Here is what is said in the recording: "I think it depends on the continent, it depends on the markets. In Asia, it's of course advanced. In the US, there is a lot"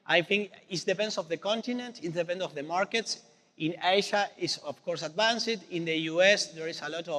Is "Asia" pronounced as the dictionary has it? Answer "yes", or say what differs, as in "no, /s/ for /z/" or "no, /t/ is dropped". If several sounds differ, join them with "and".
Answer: no, /ʃ/ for /ʒ/